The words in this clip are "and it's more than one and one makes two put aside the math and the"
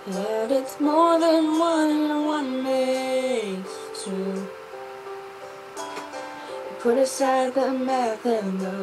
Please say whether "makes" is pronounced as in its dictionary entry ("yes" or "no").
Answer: no